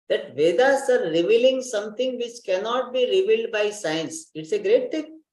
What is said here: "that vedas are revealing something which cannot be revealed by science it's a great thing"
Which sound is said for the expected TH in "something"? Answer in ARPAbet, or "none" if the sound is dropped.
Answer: T